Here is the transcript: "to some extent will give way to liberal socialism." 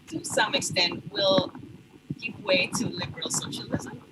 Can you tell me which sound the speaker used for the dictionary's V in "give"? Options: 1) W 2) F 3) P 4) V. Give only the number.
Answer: 3